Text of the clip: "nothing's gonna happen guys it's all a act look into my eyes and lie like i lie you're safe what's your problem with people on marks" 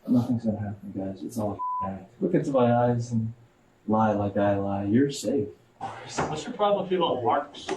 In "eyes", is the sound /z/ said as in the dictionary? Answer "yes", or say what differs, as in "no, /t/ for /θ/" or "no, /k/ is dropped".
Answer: yes